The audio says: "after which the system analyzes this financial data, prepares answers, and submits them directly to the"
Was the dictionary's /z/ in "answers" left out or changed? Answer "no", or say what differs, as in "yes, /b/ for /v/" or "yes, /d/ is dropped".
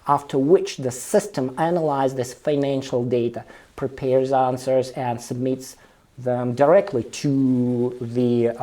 no